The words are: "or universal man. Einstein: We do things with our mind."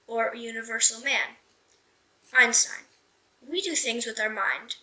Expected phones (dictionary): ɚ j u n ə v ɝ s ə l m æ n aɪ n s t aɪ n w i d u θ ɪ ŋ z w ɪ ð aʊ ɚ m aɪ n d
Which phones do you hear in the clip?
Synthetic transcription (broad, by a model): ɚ j u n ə v ɝ s l m æ n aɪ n s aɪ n w i d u θ ɪ ŋ z w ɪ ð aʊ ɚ m aɪ n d